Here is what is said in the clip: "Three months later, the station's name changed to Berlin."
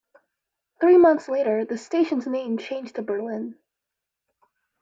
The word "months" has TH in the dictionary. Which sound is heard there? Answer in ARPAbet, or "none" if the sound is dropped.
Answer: TH